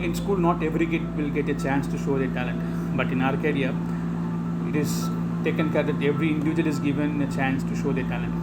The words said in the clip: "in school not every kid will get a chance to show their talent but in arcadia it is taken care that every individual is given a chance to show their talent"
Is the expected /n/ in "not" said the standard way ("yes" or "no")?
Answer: yes